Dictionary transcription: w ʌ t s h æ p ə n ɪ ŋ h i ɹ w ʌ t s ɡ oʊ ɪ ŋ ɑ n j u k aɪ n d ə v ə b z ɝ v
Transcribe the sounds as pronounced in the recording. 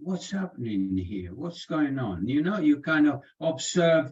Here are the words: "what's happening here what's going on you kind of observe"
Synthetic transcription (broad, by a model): w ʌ t s h æ p ə n ɪ ŋ h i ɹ w ʌ t s ɡ oʊ ɪ ŋ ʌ n j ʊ k aɪ n d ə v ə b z ɝ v